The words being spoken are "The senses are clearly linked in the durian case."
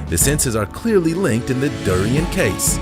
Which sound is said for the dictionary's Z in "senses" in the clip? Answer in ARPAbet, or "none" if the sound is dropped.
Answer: Z